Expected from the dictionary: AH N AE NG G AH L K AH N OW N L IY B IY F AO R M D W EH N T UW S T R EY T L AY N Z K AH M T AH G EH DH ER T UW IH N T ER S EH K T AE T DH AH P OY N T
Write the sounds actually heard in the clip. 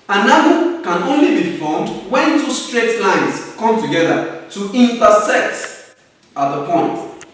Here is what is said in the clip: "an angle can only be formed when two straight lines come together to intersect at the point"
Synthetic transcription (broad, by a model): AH N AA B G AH K AH N OW N L IY B IY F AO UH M D W EH N T UW S T R EY T L AY N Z K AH M T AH G EH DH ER T UW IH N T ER S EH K T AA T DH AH P OY N T